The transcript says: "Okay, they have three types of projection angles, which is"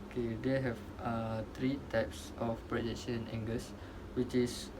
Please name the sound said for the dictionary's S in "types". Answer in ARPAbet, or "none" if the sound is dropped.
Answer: S